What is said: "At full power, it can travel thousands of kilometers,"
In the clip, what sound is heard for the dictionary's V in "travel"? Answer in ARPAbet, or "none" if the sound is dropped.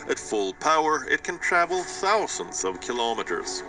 V